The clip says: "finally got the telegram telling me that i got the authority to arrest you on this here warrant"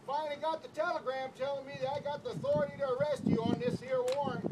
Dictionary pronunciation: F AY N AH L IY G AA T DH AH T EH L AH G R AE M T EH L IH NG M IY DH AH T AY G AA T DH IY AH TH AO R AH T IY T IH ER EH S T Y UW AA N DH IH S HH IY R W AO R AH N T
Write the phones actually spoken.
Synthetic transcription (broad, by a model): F AY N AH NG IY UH T DH AH T EH L AH G R AE M T EH L IH NG M IY DH AH T AY G AA T DH IY AH TH AO R AH T IY T IH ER EH S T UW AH N DH IH S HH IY R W AO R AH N